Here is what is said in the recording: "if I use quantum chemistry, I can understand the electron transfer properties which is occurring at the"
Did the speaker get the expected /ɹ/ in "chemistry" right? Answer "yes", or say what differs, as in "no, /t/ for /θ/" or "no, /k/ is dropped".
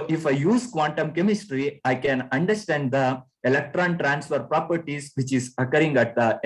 yes